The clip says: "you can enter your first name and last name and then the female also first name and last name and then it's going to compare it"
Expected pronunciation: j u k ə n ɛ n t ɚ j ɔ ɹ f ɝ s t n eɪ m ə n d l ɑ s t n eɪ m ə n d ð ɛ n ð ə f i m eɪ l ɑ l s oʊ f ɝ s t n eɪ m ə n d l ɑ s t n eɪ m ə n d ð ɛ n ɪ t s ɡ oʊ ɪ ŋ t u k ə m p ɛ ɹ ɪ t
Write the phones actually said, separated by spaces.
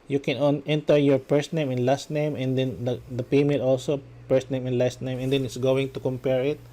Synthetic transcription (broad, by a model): j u k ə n ɛ n t ɚ j ɔ ɹ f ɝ s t n eɪ m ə n l ɑ s t n eɪ m ə n d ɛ n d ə p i m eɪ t ɑ l s oʊ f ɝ s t n eɪ m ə n l ɑ s t n eɪ m ə n d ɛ n ɪ t s ɡ oʊ ɪ ŋ t u k ə m p ɛ ɹ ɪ t